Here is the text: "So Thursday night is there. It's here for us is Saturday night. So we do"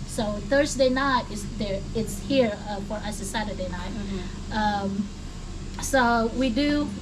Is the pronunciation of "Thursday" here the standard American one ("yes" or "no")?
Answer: yes